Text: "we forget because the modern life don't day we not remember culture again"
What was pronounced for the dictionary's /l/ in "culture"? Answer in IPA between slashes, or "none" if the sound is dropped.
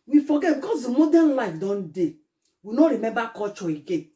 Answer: none